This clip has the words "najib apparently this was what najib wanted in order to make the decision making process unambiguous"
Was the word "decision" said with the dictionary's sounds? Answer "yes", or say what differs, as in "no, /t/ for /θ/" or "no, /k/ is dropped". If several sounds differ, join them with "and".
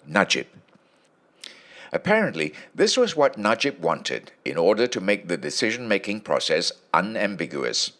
yes